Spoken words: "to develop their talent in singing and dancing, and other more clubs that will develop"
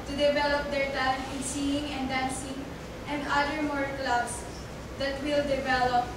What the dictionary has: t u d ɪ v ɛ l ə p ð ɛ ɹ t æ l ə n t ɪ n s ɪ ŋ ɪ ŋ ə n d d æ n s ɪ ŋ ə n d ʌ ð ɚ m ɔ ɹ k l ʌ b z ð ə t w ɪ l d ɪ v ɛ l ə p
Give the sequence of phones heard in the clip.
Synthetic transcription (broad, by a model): t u d ɪ v ɛ l ə p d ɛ ɹ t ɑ ə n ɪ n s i ɪ ŋ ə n d d æ n s ɪ ŋ ə n d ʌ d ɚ m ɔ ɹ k l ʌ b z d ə t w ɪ l d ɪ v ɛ l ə p